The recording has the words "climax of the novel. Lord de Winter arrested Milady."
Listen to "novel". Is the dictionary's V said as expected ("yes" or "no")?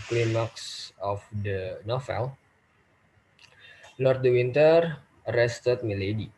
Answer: no